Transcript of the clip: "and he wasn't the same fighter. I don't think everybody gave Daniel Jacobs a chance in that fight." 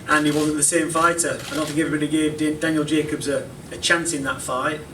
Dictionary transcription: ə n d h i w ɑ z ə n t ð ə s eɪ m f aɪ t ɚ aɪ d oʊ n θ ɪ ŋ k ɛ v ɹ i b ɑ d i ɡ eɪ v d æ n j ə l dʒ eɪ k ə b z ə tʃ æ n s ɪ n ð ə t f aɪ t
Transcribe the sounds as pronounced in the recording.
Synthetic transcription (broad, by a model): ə n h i w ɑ z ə n ð ə s eɪ m f aɪ t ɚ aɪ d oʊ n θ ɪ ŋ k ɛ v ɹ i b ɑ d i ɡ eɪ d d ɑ n j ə l dʒ eɪ k ə b z ə tʃ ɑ n s ɪ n ð ə t f aɪ t